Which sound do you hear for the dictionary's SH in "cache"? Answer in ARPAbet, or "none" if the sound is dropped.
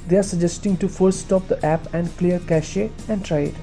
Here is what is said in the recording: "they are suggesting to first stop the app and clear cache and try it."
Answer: SH